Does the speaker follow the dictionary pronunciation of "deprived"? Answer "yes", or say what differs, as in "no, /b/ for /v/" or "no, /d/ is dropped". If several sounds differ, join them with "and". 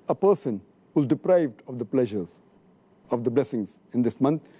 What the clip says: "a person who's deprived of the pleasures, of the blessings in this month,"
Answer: yes